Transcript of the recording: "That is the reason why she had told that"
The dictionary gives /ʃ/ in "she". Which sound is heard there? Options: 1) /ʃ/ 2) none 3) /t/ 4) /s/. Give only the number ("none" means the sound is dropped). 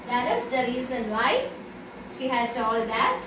1